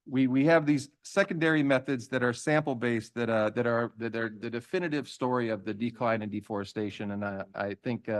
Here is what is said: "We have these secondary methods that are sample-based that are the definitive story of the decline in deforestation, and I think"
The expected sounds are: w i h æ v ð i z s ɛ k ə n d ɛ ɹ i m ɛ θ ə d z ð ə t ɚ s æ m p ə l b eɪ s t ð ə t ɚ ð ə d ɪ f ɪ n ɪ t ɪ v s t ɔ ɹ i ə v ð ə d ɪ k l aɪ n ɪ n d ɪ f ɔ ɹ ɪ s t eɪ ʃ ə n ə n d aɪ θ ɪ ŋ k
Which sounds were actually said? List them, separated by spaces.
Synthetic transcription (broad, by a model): w i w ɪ v ð i z s ɛ k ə n d ɛ ɹ i m ɛ θ ə d z ð ə t ɚ s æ m p l b eɪ s t ð ə t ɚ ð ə d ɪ f ɪ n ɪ t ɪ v s t ɔ ɹ i ə v ð ə d ɪ k l aɪ n ɪ n d ɪ f ɔ ɹ ɪ s t eɪ ʃ ə n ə n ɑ aɪ θ ɪ ŋ k